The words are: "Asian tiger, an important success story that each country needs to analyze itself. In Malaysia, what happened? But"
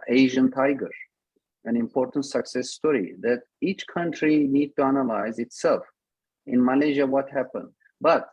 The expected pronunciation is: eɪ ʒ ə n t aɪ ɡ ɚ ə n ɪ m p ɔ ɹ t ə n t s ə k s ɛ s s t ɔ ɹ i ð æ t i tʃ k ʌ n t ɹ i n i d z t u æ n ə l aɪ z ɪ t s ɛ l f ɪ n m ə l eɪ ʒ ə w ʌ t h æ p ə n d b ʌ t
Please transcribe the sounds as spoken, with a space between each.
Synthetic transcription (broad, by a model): eɪ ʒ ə n t aɪ ɡ ɚ ə n ɪ m p ɔ ɹ t ə n t s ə k s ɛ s s t ɔ ɹ i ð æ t i tʃ k ʌ n t ɹ i n i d t u æ n ə l aɪ z ɪ t s ɛ l f ɪ n m ə l eɪ ʒ ə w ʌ t h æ p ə n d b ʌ t